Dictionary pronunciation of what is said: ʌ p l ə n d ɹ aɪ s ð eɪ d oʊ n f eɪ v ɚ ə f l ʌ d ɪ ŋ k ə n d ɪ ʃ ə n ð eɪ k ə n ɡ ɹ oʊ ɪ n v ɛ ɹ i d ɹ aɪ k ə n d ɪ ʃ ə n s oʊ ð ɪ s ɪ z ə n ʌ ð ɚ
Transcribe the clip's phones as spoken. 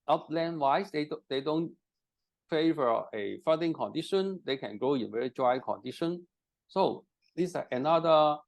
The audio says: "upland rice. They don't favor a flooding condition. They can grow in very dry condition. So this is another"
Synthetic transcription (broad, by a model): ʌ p l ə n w aɪ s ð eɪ d oʊ n f eɪ v ɚ ə f ʌ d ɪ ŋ k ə n d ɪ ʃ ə n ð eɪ k ə n ɡ oʊ ɪ n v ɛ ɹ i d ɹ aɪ k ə n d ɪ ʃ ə n s oʊ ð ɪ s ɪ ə n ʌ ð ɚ